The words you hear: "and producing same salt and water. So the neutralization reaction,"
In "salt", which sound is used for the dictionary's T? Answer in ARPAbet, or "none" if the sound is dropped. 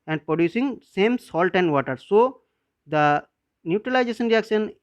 T